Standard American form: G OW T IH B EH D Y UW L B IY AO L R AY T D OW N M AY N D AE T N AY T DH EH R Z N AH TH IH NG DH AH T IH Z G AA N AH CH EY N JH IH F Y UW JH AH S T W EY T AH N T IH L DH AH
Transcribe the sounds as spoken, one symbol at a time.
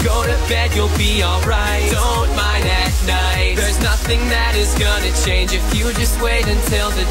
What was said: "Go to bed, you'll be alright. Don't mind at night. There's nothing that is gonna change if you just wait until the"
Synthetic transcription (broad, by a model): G OW T IH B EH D Y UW L B IY AO L R AY T D OW N M AY N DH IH T N AY T DH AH R Z N AH TH IH NG DH AH T IH Z G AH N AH CH EY N JH IH F Y UW JH AH S T W EY T AH N T IH L DH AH